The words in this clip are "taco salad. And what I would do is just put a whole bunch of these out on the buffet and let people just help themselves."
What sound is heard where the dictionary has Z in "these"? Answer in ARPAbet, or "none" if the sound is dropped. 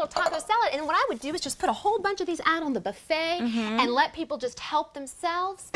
Z